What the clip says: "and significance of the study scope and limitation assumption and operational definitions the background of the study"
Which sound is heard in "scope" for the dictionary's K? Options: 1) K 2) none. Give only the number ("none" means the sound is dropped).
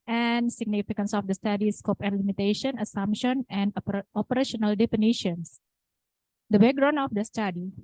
1